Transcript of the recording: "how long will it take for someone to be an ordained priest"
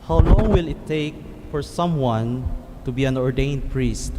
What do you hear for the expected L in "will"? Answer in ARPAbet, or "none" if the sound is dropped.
L